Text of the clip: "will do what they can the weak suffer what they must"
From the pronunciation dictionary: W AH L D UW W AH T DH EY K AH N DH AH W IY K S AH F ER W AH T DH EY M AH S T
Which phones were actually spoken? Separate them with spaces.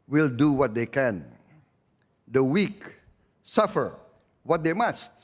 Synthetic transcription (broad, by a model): W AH L D UW W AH T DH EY K AH N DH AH W IY K S AH F ER W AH T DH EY M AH S T